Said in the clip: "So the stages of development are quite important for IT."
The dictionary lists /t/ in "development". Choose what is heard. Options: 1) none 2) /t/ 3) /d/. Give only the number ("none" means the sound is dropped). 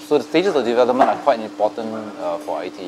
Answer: 1